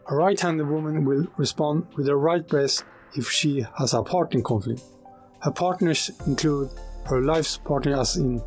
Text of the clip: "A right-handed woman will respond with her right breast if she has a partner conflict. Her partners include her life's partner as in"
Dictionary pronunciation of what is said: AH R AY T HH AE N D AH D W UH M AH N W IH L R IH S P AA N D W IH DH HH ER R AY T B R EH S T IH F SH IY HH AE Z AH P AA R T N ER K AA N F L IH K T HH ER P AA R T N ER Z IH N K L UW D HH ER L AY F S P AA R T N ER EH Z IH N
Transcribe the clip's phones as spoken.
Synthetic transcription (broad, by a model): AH R AY T HH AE N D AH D W UH M AH N W IH L R IH S P AA N D W IH DH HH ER R AY T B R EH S IH F SH IY HH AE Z AH P AA R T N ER K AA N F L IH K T HH ER P AA R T N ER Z IH N K L UW D HH ER L AY F S P AA R T N ER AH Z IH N